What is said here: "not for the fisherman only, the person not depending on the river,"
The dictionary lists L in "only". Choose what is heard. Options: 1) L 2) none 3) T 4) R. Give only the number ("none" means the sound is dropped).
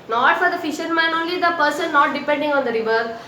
1